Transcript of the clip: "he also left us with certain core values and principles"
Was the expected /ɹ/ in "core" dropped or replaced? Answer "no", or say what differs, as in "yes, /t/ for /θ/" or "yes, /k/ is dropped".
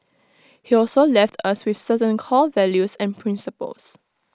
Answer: yes, /l/ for /ɹ/